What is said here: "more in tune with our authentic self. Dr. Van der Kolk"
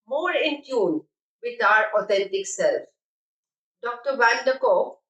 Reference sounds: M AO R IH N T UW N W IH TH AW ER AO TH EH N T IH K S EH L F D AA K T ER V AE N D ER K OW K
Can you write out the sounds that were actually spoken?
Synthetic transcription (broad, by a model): M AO R IH N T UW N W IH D AW ER AO T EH N T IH K S EH L F D AA K T ER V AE L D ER K OW